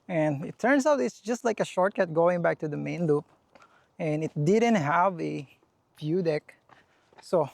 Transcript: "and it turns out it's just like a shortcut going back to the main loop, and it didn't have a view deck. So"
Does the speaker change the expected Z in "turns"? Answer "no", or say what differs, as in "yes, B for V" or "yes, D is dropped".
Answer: yes, S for Z